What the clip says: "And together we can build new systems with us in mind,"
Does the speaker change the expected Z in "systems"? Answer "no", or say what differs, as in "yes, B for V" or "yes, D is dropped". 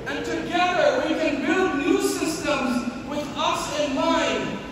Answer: no